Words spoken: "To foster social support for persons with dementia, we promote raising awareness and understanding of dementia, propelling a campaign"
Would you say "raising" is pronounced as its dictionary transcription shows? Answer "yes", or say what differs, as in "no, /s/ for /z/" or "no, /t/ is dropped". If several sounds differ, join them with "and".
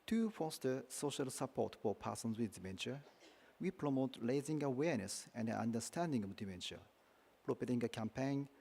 no, /l/ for /ɹ/